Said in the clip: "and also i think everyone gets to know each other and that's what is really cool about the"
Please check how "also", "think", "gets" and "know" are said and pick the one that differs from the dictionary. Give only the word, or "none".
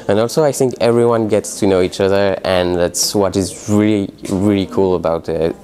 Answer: none